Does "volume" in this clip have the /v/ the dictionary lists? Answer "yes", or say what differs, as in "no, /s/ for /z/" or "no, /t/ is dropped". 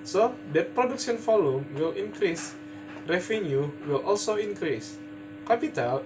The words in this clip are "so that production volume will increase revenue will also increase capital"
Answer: no, /f/ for /v/